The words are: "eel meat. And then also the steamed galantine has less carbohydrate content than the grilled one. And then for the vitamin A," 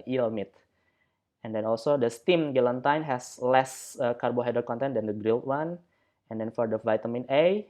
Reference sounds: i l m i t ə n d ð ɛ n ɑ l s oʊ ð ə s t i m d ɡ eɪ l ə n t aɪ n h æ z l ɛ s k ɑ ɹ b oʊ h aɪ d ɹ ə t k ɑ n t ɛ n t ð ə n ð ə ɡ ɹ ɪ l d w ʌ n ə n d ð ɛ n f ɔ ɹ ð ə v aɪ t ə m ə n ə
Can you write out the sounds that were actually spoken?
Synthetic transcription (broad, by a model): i l m i t ə n d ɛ n ɑ l s oʊ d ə s t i m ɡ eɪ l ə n t aɪ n h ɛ s l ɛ s k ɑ ɹ b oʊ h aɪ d ə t k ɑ n t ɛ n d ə n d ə ɡ ɹ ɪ l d w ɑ n ə n d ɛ n f ɔ ɹ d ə v aɪ t ə m ə n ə